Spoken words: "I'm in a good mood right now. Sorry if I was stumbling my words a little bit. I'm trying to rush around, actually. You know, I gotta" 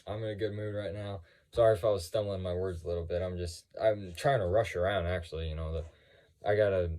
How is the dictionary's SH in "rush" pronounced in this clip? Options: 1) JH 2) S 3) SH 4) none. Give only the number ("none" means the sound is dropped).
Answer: 3